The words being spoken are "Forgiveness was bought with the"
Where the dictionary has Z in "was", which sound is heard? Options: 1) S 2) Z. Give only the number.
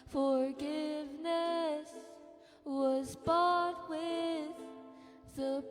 2